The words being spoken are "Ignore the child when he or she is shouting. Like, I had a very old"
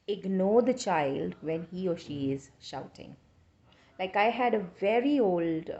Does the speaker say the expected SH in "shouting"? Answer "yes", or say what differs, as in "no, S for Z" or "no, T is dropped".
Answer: yes